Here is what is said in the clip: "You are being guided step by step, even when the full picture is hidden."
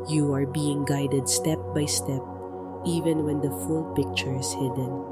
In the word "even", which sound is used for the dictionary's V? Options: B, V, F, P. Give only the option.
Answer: V